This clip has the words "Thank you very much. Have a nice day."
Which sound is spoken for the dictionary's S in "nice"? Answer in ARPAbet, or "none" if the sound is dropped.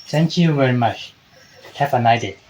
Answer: none